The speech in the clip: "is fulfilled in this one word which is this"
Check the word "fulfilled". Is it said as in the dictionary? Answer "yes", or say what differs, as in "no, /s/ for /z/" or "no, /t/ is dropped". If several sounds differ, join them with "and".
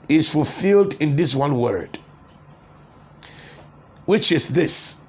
yes